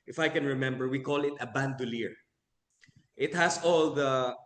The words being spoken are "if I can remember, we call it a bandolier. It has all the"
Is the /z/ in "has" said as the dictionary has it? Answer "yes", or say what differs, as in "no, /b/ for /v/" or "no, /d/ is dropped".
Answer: no, /s/ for /z/